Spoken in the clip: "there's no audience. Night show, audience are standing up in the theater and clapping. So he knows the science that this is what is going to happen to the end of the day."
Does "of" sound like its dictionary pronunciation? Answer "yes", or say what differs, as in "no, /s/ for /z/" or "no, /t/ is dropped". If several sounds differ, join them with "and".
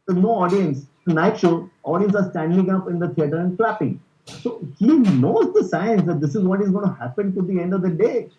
yes